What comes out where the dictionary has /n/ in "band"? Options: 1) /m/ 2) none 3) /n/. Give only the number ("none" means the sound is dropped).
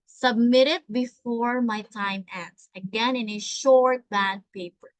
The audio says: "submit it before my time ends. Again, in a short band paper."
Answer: 2